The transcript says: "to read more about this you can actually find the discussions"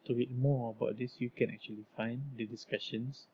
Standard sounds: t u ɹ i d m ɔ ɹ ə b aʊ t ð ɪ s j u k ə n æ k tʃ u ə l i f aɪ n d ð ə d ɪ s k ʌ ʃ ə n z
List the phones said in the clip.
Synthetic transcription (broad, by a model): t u w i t m ɔ ə b aʊ t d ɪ s j u k ə n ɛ k tʃ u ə l i f aɪ n d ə d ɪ s k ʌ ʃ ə n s